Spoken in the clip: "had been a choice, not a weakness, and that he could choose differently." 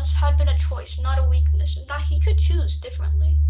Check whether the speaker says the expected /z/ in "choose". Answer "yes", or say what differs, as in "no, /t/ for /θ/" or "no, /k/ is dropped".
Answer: yes